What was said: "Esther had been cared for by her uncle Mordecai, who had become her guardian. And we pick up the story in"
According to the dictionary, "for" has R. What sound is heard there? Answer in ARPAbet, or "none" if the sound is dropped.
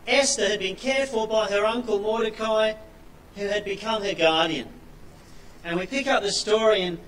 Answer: L